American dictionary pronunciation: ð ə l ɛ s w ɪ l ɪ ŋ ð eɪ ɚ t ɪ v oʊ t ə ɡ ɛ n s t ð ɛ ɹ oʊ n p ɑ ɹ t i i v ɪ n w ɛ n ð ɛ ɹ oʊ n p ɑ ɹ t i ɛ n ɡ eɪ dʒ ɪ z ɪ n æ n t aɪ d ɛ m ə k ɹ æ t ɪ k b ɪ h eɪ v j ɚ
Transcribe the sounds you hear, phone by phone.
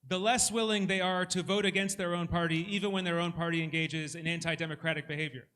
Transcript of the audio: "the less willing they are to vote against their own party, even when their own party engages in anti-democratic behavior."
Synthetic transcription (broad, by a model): ð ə l ɛ s w ɪ l ɪ ŋ ð eɪ ɚ t ɪ v oʊ t ə ɡ ɛ n s t ð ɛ ɹ oʊ n p ɑ ɹ t i i v ɪ n w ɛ n ð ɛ ɹ oʊ n p ɑ ɹ t i ɛ n ɡ eɪ dʒ ɪ z ɪ n æ n t aɪ d ɛ m ə k ɹ æ t ɪ k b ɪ h eɪ v j ɚ